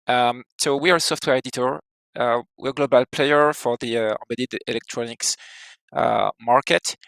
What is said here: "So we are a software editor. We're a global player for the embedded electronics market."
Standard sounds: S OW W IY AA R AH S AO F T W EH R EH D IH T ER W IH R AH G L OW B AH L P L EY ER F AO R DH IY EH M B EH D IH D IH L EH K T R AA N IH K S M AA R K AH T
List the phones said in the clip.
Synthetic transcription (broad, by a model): S OW W IY AA R S AO F T W EH R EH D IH T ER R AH W AH G L OW B AH L P L EY ER F AO R DH IY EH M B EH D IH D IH L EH K T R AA N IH K S M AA R K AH T